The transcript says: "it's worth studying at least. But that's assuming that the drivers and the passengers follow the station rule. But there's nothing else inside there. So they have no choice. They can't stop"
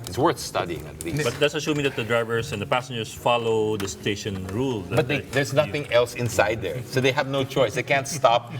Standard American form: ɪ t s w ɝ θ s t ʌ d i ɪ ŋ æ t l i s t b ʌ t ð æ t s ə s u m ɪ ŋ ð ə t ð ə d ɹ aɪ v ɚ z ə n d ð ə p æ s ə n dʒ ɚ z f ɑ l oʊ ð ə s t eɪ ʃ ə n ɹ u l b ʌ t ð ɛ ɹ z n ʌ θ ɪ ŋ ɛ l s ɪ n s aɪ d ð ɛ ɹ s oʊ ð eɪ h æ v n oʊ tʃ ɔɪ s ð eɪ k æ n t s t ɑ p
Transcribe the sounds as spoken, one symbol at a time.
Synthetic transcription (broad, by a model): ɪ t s w ɝ θ s t ʌ d i ɪ ŋ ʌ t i b ʌ t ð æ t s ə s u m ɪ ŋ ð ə t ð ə d ɹ aɪ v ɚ s ə n d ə p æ s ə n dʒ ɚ s f ɑ l oʊ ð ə s t eɪ ʃ ə n ɹ u l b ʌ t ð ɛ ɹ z n ʌ θ ɪ ŋ ɛ l s ɪ n s aɪ d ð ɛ ɹ s oʊ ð eɪ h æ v n oʊ tʃ ɔɪ s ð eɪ k æ n t s t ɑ p